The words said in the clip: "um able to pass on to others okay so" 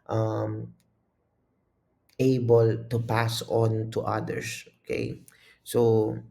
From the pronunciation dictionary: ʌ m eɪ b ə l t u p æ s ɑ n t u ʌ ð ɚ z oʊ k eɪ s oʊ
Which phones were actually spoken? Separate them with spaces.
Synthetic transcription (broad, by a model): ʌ m eɪ b ə l t u p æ s ɑ n t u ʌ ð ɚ s oʊ k eɪ s oʊ